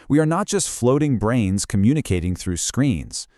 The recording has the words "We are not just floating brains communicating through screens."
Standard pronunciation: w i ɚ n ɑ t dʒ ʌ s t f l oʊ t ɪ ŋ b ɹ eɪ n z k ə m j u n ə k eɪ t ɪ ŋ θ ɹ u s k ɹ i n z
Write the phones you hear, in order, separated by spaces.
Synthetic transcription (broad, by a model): w i ɚ n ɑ t dʒ ʌ s t f l oʊ t ɪ ŋ b ɹ eɪ n z k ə m j u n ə k eɪ t ɪ ŋ θ ɹ u s k ɹ i n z